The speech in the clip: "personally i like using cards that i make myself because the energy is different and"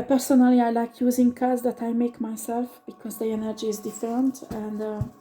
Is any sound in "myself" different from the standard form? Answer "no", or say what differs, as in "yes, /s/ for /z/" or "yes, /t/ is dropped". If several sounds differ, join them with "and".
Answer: no